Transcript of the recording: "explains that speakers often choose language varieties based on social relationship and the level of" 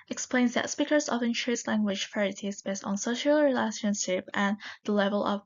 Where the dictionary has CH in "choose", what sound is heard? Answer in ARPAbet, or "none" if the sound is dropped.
SH